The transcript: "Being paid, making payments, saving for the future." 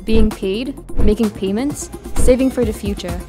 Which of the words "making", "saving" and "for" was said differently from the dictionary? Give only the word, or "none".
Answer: none